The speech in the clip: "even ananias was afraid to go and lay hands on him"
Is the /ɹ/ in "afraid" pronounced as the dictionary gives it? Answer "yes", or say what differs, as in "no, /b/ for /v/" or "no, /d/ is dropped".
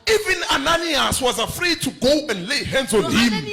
yes